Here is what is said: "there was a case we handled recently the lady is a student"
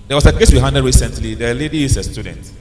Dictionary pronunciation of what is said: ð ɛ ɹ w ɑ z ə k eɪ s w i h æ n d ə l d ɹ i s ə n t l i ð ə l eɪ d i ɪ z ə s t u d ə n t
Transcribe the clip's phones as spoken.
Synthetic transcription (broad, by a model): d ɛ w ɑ s ə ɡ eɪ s w i h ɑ n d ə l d ɹ i s ə n t l i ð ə l eɪ d i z ə s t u d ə n t